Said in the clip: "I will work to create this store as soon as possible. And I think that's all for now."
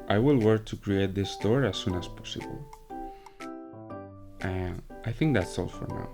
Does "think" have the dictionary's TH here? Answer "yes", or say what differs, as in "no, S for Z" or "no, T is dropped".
yes